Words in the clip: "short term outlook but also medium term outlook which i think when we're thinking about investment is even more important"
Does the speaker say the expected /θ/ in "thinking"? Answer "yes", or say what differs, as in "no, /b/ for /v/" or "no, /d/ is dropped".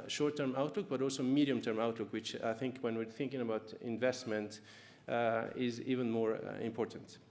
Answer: yes